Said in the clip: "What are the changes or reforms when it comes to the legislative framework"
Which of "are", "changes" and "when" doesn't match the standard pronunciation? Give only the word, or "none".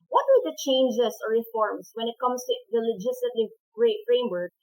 changes